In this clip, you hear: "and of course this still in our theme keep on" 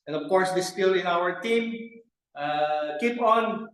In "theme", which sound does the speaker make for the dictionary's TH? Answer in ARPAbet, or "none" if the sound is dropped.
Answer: T